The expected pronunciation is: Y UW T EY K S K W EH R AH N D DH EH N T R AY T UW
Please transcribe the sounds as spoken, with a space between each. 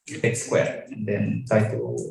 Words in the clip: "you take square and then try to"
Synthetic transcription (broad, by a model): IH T S K W EH R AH N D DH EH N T AY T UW